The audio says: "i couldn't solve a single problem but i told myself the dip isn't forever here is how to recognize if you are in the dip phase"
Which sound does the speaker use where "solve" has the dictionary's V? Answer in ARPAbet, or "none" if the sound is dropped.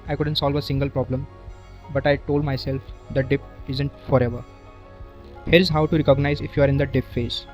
V